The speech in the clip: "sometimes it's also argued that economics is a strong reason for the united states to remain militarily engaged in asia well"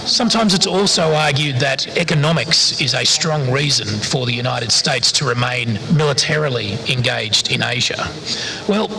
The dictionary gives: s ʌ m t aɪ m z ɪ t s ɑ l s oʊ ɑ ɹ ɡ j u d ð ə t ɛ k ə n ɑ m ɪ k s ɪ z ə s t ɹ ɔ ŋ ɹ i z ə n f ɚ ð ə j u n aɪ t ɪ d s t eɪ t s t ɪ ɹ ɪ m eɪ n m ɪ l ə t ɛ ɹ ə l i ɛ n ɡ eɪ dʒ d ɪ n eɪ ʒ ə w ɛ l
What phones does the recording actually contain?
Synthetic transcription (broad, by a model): s ʌ m t aɪ m z ɪ t s ɑ l s oʊ ɑ ɹ ɡ j u d ð ə t ɛ k ə n ɑ m ɪ k s ɪ z ə s t ɹ ɔ ŋ ɹ i z ə n f ɚ ð ə j u n aɪ t ɪ d s t eɪ t s t ɪ ɹ ɪ m eɪ n m ɪ l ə t ɛ ɹ l i ɛ n ɡ eɪ dʒ d ɪ n eɪ ʒ ə w ɛ l